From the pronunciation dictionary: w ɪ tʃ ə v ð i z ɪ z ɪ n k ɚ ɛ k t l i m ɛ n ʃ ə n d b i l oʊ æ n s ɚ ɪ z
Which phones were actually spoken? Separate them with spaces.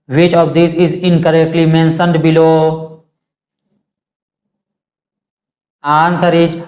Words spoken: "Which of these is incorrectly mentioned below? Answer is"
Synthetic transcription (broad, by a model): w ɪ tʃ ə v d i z ɪ z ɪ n k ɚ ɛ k t l i m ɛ n s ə n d b i l oʊ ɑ n s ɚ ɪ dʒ